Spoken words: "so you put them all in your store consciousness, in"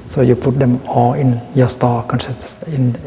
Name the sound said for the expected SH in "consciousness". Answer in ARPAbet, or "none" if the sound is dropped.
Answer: S